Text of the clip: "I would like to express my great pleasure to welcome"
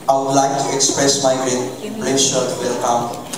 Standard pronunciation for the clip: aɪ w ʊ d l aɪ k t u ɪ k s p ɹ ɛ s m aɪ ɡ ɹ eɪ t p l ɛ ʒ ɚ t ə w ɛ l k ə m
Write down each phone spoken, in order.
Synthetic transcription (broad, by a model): aɪ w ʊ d l aɪ k t u ɪ k s p ɹ ɛ s m aɪ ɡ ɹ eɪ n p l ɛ ʃ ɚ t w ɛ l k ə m